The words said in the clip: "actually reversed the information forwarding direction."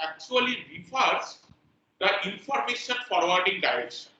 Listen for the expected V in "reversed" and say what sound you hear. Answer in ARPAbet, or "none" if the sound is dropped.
F